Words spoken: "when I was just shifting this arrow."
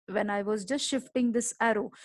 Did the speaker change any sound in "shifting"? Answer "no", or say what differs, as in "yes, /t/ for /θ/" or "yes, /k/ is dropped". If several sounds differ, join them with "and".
no